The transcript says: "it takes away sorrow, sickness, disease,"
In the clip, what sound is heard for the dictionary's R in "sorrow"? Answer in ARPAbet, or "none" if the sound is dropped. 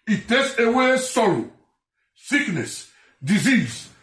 L